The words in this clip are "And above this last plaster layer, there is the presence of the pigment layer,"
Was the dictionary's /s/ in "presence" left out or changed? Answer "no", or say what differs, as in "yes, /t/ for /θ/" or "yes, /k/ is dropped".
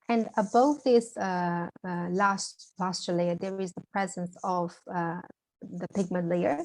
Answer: no